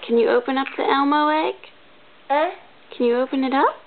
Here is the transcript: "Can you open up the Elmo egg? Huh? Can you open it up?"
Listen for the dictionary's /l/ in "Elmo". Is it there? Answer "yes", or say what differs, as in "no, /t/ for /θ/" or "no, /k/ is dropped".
yes